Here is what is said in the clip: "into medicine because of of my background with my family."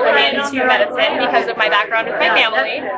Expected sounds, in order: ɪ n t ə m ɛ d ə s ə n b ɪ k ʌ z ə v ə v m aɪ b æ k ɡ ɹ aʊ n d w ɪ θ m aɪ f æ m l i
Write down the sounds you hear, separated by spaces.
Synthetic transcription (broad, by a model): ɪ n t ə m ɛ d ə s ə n b ɪ k ʌ z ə ə v m aɪ b æ k ɡ ɹ aʊ n d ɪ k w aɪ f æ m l i